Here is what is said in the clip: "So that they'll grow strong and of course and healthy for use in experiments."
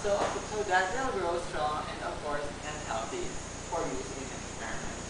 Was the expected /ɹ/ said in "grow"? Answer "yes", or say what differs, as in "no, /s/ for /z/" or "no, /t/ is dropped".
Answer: yes